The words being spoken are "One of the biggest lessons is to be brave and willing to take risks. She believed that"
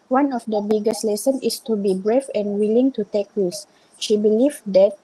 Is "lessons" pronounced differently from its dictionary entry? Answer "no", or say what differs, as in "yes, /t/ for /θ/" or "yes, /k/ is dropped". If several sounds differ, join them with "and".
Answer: yes, /z/ is dropped